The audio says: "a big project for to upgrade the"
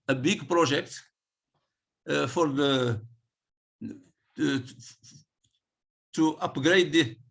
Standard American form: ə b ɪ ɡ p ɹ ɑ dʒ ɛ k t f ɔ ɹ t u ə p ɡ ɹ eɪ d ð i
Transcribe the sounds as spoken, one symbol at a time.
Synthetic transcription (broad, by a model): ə b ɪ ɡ p ɹ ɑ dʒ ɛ k t f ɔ ɹ t u ə p ɡ ɹ eɪ d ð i